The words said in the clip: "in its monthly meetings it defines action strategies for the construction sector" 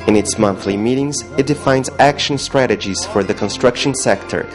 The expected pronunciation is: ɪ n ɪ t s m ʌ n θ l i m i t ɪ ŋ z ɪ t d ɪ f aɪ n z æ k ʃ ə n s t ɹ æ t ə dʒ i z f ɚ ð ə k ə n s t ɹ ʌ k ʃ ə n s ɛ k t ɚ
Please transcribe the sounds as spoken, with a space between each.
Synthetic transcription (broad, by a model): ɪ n ɪ t s m ʌ n θ l i m i t ɪ ŋ z ɪ t d ɪ f aɪ n z æ k ʃ ə n s t ɹ æ t ə dʒ i z f ɚ ð ə k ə n s t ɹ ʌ k ʃ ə n s ɛ k t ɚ